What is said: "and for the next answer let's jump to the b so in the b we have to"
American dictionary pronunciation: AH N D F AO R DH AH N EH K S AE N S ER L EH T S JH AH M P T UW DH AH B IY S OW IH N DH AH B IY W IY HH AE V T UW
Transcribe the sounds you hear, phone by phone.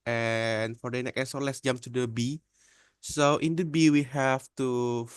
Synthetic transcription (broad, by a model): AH N F AO R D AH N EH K EH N S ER L EH T S JH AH M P T UW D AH B IY S OW IH N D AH B IY W IY HH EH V T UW